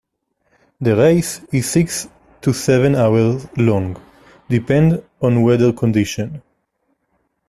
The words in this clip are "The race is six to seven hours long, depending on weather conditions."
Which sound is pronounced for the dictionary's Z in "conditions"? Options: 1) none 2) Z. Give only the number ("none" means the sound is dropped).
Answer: 1